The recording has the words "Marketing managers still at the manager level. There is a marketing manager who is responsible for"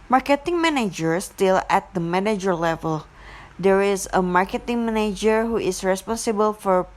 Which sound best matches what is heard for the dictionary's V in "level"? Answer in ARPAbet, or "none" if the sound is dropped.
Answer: V